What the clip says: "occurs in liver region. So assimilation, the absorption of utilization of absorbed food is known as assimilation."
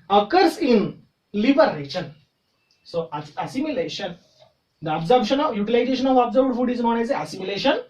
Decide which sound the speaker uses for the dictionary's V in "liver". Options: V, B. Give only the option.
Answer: B